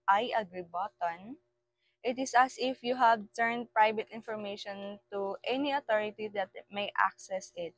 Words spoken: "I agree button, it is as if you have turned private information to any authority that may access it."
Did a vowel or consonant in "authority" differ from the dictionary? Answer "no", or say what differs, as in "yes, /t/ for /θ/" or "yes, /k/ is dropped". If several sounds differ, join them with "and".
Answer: yes, /t/ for /θ/